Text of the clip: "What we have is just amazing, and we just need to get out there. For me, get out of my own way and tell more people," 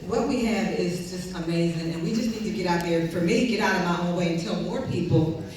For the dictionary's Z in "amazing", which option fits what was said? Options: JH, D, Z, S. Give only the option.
Z